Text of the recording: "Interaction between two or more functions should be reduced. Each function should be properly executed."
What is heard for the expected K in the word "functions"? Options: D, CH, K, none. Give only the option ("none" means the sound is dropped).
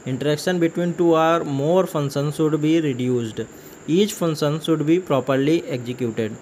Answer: none